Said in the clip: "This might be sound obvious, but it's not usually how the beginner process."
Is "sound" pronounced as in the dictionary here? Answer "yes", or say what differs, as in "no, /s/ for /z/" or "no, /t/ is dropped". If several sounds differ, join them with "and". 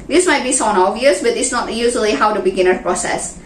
no, /d/ is dropped